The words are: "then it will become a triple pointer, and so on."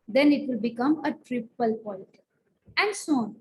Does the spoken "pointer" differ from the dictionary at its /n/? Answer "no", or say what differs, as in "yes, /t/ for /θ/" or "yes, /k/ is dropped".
yes, /l/ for /n/